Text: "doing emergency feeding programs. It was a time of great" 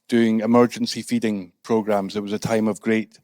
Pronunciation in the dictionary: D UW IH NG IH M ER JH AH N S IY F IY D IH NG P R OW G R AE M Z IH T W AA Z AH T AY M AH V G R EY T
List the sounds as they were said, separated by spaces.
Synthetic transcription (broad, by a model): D UW IH NG IH M ER JH AH N S IY F IY D IH NG P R OW G R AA M Z IH T W AA Z AH T AY M AH V G R EY T